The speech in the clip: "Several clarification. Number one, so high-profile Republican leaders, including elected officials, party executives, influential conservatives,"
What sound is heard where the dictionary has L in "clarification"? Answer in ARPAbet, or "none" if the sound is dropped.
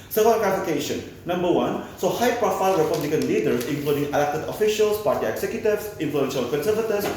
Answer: none